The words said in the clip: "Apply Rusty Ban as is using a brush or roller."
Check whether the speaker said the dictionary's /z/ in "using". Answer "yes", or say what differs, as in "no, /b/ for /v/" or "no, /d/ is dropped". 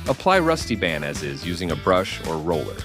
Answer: yes